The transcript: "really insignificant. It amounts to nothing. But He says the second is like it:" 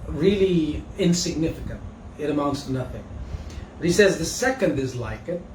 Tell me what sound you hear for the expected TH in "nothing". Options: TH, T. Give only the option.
TH